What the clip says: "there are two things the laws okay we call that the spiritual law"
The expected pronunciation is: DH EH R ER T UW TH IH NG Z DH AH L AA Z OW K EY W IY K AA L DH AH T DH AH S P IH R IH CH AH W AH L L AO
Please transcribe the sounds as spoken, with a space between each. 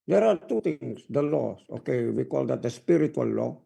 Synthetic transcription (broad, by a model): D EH R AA T UW T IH NG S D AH L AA S OW K EY W IY K AA L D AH T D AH S P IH R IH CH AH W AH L L AO